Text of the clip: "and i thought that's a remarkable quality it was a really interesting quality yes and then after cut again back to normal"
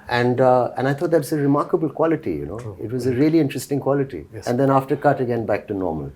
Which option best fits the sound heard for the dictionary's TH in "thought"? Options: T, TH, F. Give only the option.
T